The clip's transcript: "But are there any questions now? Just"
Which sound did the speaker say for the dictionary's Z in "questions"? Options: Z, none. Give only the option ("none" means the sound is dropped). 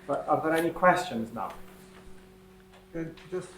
Z